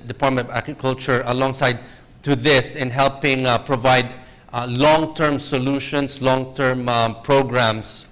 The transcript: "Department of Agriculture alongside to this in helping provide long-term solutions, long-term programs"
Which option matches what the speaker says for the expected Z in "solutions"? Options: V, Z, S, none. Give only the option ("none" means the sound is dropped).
S